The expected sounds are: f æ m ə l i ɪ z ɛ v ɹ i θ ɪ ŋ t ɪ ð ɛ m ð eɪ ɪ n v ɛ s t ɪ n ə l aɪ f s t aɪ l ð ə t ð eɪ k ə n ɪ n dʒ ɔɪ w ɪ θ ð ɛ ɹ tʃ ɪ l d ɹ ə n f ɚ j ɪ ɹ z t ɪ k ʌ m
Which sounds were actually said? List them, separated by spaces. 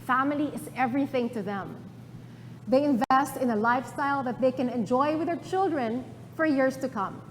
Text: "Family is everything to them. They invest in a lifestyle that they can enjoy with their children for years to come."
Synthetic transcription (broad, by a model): f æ m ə l i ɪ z ɛ v ɹ i θ ɪ ŋ t ɪ ð ɛ m ð eɪ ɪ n v ɛ s t ɪ n ə l aɪ f s t aɪ l ð ə t ð eɪ k ə n ɪ n dʒ ɔɪ w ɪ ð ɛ ɹ tʃ ɪ l d ɹ ə n f ɚ j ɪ ɹ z t ɪ k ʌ m